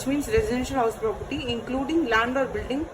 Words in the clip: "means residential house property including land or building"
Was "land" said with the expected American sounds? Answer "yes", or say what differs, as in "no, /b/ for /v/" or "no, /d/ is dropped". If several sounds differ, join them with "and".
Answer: yes